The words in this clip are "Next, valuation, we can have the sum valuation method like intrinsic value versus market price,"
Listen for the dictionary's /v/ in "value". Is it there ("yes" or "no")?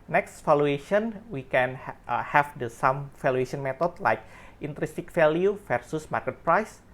no